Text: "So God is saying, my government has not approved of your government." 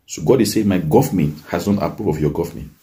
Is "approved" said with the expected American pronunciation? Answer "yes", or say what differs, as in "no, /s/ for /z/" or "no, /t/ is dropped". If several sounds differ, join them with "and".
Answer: no, /d/ is dropped